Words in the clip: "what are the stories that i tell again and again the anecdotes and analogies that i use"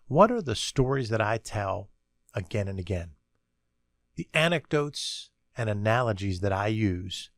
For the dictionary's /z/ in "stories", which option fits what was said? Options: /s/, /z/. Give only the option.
/z/